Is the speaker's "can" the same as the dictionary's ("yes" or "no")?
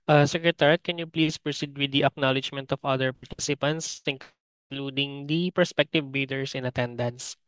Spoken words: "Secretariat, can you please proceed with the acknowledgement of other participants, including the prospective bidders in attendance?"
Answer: yes